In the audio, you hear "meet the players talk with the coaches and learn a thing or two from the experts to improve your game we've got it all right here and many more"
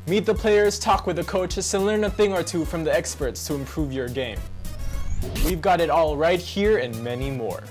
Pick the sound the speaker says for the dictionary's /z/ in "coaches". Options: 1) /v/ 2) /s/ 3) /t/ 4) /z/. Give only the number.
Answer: 2